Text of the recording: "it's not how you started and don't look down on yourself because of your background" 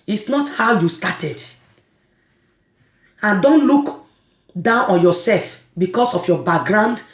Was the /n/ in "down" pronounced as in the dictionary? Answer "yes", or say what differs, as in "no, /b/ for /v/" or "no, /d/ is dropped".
yes